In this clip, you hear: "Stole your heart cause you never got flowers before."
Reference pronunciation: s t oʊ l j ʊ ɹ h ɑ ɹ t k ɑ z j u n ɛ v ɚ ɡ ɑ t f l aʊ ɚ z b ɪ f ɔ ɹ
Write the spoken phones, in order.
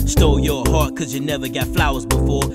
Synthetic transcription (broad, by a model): s t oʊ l j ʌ ɹ h ɑ ɹ t k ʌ z j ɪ n ɛ v ɚ ɡ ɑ t f l aʊ ɚ z b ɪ f ɔ ɹ